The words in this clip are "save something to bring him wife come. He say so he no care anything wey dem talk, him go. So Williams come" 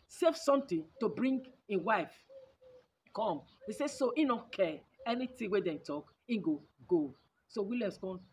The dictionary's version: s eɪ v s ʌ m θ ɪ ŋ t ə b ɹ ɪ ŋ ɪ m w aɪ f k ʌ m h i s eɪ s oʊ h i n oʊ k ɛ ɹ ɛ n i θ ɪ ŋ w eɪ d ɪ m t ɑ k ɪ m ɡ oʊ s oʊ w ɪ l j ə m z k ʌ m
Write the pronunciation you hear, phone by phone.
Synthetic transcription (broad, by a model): s eɪ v s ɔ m t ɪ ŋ t ə b ɹ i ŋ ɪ w aɪ f k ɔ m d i s eɪ s oʊ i n oʊ k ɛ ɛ n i t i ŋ w eɪ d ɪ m t ɑ k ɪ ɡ ɡ oʊ s oʊ w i l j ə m s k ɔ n